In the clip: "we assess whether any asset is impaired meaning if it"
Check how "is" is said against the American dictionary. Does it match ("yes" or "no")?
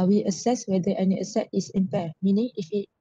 no